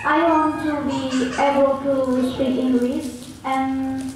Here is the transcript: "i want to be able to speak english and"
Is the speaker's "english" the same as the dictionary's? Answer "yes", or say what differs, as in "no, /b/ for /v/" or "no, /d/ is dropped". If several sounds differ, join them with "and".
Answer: no, /s/ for /ʃ/